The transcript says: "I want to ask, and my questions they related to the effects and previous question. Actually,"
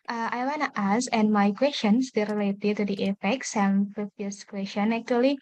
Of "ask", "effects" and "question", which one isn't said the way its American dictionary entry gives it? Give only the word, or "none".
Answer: ask